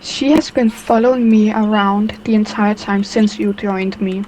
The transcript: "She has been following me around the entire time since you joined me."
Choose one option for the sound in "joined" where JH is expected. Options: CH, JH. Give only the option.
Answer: JH